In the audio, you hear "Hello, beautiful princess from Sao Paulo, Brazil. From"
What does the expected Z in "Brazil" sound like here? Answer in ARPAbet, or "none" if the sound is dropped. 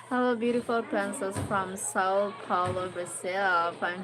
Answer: S